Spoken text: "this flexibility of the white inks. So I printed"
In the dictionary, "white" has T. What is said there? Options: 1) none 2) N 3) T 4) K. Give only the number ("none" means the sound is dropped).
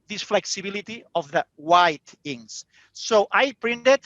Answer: 3